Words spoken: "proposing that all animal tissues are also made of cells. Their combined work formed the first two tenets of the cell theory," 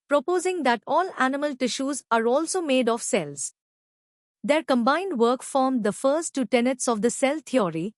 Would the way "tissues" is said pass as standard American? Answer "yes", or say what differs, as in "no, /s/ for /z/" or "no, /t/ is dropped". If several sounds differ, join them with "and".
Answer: yes